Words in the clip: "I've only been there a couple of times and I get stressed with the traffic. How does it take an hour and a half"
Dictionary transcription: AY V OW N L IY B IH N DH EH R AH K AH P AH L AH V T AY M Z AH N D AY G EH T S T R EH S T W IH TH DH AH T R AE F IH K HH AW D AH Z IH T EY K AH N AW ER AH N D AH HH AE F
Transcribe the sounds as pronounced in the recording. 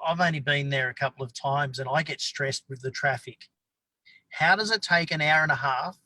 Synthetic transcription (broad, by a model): AY V OW N L IY B IH N DH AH R AH K AH P L AH V T AY M Z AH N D AY G EH T S T R EH S T W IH DH AH T R AE F IH K HH AW D AH Z IH T EY K AH N AW ER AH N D AH HH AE F